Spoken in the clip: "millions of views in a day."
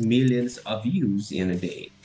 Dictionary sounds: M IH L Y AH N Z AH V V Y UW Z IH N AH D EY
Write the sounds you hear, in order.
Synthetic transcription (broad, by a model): M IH L Y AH N Z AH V V Y UW Z IH N AH D EY